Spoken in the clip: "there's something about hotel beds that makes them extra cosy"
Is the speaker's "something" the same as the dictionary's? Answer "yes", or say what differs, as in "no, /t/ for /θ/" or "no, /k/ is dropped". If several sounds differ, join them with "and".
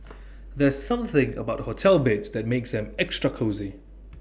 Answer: yes